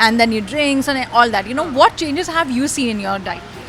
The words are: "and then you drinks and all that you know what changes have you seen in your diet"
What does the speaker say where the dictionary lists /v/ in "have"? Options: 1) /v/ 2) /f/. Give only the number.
1